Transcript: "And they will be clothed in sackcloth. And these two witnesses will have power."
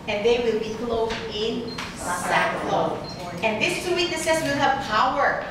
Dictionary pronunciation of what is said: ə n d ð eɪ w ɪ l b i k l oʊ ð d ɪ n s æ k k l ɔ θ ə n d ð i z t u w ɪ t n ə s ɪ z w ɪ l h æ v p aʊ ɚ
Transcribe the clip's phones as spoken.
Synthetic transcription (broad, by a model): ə n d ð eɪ w ɪ l b i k l oʊ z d ɪ n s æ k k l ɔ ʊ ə n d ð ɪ s t u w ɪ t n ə s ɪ s w ɪ l h æ v p aʊ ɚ